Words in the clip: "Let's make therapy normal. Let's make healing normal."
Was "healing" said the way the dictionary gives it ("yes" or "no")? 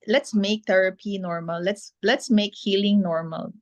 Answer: yes